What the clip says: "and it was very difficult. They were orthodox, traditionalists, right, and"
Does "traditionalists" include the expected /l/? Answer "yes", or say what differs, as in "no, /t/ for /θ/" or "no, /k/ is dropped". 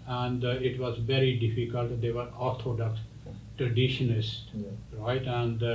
no, /n/ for /l/